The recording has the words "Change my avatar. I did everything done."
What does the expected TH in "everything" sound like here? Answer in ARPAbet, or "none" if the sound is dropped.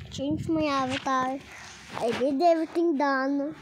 T